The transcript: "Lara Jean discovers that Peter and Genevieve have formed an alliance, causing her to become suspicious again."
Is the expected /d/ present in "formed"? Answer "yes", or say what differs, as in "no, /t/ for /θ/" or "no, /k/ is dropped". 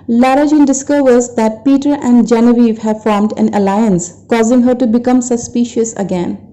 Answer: yes